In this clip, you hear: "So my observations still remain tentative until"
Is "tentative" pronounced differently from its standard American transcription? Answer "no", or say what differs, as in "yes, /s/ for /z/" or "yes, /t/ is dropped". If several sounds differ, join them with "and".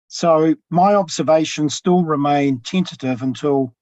no